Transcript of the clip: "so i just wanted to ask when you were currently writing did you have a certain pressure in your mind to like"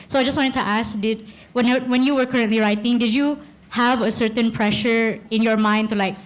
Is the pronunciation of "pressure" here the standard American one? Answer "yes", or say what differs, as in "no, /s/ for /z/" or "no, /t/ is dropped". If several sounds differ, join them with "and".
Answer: yes